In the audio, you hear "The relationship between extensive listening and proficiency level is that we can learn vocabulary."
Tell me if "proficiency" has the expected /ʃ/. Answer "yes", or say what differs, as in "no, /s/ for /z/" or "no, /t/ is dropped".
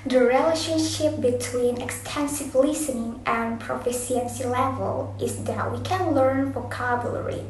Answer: no, /s/ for /ʃ/